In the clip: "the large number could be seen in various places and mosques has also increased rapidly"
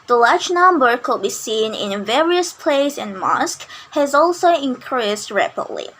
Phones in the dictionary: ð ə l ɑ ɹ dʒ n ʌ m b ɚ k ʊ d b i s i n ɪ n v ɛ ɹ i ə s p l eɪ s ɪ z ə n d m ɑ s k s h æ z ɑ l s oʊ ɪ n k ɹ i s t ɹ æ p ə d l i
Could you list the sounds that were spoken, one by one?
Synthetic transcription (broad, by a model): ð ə l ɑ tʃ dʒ n ʌ m b ɚ k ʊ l b i s i n ɪ n v ɛ ɹ i ə s p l eɪ ɪ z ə n m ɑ s k h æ z ɑ l s oʊ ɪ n k ɹ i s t ɹ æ p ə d l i